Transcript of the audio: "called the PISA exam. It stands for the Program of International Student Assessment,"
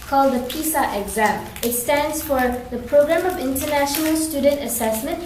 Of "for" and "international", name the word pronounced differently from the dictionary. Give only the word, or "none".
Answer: none